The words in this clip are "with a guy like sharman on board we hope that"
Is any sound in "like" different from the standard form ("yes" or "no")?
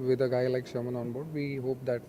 no